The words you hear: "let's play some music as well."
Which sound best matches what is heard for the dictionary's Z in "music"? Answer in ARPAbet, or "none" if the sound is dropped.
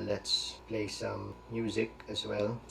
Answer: Z